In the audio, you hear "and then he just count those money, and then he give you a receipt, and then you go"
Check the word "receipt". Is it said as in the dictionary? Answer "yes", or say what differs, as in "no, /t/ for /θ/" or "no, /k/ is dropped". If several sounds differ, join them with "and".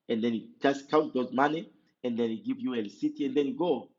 no, /l/ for /ɹ/